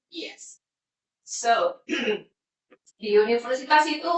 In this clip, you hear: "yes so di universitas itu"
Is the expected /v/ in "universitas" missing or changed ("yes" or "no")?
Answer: yes